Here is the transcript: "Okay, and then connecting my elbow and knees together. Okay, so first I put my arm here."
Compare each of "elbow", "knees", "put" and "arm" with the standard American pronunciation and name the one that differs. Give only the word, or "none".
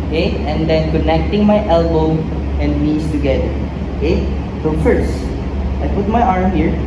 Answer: knees